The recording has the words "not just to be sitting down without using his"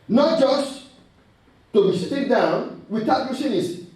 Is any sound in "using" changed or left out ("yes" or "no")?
yes